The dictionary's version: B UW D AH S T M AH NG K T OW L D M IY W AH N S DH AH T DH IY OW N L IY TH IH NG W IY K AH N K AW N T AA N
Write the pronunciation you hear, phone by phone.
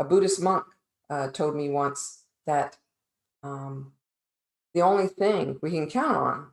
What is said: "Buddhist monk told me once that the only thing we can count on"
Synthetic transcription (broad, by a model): B UW D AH S M AH NG K T OW L D M IY W AH N S DH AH T DH IY OW N L IY TH IH NG W IY K AH N K AW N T N